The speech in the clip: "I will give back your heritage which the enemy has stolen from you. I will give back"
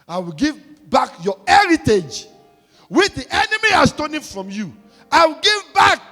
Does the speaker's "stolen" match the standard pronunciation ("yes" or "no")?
no